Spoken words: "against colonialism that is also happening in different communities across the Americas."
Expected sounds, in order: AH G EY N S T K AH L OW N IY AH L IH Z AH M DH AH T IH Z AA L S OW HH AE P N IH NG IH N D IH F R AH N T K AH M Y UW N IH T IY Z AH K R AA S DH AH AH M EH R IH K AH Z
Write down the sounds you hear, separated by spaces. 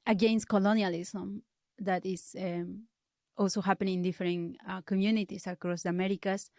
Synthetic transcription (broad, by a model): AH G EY N S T K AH L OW N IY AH L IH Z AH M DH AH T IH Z AA L S OW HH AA P IH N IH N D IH F R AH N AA K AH M Y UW N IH T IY S AH K R AA S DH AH M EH R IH K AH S